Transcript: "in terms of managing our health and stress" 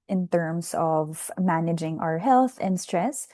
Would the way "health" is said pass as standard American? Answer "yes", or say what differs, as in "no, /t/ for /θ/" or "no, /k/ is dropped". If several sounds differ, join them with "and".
yes